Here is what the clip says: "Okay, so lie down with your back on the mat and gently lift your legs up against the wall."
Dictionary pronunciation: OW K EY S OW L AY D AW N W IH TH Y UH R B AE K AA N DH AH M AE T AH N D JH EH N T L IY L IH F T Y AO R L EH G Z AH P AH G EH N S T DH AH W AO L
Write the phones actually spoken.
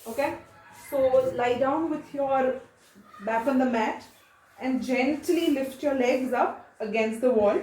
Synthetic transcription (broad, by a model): OW K EY S OW L AY D AW N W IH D Y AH R B AE K AA N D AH M AE T AH N D JH EH N T L IY L IH F T Y AO R L EH G Z AH P AH G EH N S T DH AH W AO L